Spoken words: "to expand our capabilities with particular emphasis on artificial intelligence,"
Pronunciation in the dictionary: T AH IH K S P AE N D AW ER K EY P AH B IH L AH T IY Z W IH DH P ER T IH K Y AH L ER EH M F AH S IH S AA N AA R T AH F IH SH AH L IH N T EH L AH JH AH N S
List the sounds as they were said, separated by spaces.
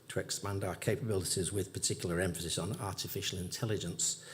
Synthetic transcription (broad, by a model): T AH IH K S P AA N D AW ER K EY P AH B IH L AH T IY Z W IH DH P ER T IH K Y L ER EH M F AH S IH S N AA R T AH F IH SH AH L IH N T EH L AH JH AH N S